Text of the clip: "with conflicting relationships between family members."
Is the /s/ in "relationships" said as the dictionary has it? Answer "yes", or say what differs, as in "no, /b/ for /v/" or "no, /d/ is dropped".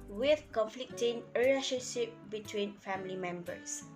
no, /s/ is dropped